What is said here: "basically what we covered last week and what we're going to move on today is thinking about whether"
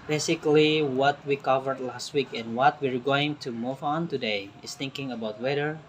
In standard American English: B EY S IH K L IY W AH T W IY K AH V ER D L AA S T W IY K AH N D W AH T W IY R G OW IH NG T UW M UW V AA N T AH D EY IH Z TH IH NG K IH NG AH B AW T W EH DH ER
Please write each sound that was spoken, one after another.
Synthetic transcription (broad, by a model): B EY S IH K L IY W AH T W IY K AH V ER D L AA S T W IY K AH N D W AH T W IY R G OW IH NG T UW M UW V AA N T AH D EY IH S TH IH NG K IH NG AH B AW T W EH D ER